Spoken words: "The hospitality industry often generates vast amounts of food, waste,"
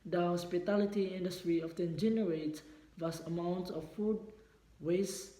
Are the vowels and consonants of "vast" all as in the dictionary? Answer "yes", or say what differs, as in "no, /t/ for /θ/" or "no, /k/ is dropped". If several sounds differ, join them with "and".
no, /t/ is dropped